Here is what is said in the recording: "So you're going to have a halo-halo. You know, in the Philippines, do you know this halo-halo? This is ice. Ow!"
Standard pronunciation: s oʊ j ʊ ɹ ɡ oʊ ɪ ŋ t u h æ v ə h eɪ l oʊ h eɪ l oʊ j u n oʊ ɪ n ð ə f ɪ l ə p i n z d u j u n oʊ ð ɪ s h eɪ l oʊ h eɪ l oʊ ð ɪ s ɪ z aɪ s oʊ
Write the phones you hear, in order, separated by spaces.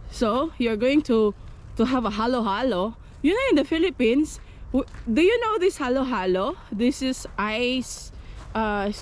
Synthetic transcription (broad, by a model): s oʊ j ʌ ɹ ɡ oʊ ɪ ŋ t u h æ v ə h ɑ l oʊ h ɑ l oʊ j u n oʊ ɪ n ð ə f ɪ l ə p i n s d u j u n oʊ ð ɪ s h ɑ l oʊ h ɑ l oʊ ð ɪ s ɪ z aɪ s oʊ